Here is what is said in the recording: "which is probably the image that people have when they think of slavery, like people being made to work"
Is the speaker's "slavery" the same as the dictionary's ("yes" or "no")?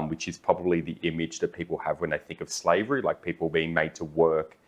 yes